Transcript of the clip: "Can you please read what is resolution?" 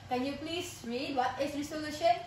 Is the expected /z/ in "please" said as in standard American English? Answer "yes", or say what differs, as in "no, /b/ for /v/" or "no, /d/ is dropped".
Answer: no, /s/ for /z/